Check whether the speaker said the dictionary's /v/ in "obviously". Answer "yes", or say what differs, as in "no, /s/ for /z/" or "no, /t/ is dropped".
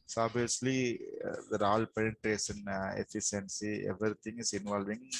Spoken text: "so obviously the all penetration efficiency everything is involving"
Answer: no, /v/ is dropped